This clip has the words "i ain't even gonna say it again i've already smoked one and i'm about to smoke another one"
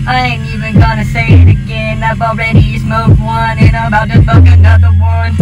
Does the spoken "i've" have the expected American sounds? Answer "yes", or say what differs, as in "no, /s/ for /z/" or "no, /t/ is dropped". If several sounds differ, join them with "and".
no, /b/ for /v/